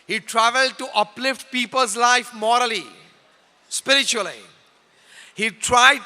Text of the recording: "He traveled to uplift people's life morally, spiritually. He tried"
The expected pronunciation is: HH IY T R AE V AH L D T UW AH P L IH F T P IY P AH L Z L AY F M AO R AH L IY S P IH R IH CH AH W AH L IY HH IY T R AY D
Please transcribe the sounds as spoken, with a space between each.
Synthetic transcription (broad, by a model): HH IY T R AE V AH L D T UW AH P L IH F T P IY P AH L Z L AY F M AO R AH L IY S P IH R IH CH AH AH L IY HH IY T R AY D